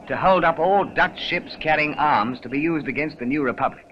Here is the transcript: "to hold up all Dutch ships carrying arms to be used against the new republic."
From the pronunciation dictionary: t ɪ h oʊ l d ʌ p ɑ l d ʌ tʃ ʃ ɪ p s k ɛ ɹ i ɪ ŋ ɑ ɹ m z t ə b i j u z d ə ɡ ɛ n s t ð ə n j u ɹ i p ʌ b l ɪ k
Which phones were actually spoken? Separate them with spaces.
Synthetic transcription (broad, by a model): t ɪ h oʊ l d ʌ p ɑ l d ʌ tʃ ʃ ɪ p s k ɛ ɹ i ɪ ŋ ɑ ɹ m z t ə b i j u z d ə ɡ ɛ n s t ð ə n j u ɹ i p ʌ b l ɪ k